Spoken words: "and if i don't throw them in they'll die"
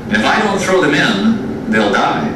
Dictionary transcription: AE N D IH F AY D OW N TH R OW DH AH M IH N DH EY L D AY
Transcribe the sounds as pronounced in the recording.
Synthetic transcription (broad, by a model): IH F AY D OW N TH R OW DH AH M IH N DH EY L D AY